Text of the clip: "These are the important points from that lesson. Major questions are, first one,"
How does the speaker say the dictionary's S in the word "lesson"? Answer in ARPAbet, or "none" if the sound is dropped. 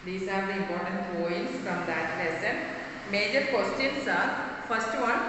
S